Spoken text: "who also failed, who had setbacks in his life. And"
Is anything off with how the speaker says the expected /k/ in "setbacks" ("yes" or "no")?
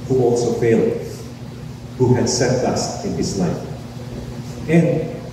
yes